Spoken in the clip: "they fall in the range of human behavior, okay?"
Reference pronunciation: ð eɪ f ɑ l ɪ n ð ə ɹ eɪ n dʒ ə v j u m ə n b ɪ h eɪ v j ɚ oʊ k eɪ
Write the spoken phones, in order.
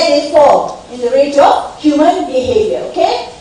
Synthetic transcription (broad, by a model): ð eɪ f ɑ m ɪ n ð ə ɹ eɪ dʒ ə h j u m ə n b ɪ h eɪ v j ɚ oʊ k eɪ